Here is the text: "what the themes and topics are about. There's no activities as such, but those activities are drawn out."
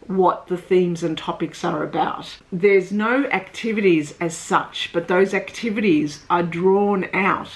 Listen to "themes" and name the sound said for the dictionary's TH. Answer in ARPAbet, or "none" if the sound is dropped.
TH